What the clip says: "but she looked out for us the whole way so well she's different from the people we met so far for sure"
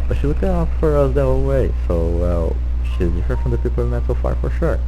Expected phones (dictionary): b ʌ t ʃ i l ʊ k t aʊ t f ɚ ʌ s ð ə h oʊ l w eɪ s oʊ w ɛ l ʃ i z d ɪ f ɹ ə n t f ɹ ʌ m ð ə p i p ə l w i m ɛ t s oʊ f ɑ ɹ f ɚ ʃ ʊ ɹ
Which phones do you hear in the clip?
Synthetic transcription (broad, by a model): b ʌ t ʃ i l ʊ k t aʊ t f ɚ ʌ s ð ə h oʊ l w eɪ s oʊ w ɛ l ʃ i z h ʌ ɹ f ɹ ʌ m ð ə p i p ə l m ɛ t s oʊ f ɑ ɹ f ɚ ʃ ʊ ɹ